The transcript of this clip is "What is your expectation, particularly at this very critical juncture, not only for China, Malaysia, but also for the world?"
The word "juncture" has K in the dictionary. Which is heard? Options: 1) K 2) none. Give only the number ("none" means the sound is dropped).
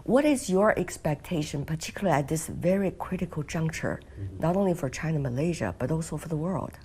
1